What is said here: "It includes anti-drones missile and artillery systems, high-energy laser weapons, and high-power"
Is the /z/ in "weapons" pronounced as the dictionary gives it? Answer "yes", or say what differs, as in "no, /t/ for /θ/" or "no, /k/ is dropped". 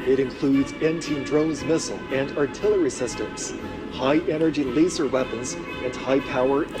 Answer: yes